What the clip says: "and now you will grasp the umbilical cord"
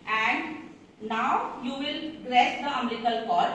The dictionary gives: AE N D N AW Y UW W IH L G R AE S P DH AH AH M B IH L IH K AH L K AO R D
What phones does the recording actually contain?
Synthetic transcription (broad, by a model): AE N D N AW Y UW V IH L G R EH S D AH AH M EH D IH K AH L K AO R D